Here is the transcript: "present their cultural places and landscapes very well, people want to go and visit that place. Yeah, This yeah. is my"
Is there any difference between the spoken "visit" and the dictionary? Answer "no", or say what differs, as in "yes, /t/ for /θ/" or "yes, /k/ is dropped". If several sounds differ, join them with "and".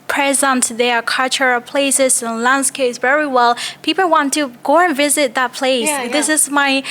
no